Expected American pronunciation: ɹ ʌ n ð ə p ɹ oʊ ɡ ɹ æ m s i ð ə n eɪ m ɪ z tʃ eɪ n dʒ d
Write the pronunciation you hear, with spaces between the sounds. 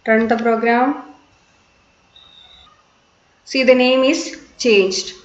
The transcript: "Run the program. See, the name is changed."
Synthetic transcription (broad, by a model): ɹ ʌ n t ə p ɹ oʊ ɡ ɹ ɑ m s i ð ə n eɪ m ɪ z tʃ eɪ n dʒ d